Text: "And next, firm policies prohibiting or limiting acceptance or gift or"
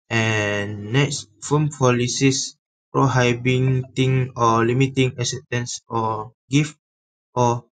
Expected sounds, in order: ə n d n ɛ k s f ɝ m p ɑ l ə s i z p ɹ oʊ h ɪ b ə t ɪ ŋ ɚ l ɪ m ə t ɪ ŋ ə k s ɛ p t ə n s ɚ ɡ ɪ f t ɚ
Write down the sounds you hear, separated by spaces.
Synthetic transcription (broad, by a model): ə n n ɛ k s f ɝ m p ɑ l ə s i s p ɹ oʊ h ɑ b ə t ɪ ŋ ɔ l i m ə t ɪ ŋ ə s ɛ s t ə n s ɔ ɡ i f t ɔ